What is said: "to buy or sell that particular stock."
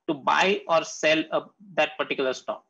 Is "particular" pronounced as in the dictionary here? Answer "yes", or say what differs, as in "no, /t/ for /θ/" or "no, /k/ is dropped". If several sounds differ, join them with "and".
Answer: yes